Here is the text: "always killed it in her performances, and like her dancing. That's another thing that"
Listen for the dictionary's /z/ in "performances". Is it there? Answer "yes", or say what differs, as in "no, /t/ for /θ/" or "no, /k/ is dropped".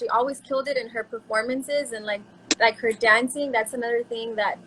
yes